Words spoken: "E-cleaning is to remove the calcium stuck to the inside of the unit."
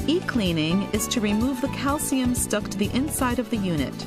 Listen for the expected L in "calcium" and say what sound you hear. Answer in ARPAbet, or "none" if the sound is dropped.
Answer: L